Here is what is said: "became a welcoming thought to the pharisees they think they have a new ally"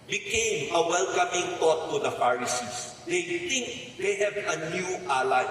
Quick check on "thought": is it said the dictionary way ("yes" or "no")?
no